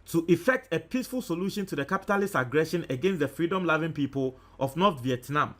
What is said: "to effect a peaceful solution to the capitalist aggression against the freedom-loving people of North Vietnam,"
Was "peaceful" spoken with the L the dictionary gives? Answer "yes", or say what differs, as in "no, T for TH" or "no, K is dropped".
yes